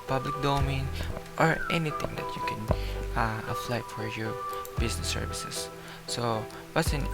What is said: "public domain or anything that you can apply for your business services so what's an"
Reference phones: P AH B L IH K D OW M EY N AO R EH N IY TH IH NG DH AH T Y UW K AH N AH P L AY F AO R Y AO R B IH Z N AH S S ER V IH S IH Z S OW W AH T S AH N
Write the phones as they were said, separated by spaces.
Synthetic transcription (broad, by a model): P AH B L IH K D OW M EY N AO R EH N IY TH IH NG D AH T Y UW K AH N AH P L AY F AO R Y AO R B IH S N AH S S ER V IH S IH S OW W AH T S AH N